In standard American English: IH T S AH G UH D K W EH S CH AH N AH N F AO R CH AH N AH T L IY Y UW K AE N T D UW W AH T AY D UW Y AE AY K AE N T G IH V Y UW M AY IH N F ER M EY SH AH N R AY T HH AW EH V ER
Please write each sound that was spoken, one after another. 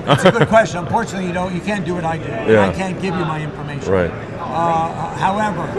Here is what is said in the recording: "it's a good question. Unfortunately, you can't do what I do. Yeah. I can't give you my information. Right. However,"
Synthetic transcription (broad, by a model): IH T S AH G UH D K W EH S CH AH N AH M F AO R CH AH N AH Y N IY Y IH K AE N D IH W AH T AY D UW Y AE AY K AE N G IH V Y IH M AY IH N F ER M EY AH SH R AY T HH AW EH V ER